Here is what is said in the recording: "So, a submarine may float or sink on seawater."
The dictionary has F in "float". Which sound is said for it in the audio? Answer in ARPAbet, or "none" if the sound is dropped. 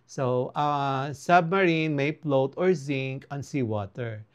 P